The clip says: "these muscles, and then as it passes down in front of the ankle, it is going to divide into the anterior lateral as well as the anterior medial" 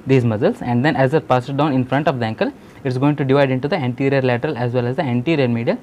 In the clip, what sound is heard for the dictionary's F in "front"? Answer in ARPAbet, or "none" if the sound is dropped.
F